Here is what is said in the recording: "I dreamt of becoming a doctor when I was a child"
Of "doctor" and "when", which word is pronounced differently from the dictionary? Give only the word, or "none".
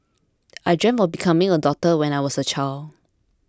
doctor